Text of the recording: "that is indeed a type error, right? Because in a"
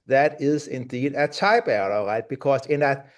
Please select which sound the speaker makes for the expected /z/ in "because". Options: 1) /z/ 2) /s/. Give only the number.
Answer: 2